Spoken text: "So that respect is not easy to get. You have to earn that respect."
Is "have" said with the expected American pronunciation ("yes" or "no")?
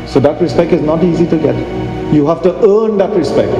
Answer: no